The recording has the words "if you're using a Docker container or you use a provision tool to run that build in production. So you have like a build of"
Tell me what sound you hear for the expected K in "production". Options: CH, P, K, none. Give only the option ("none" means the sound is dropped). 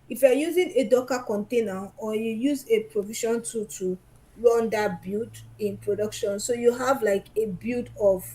K